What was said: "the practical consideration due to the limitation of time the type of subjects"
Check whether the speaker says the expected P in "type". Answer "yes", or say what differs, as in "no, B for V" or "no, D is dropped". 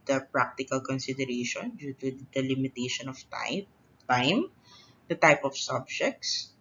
yes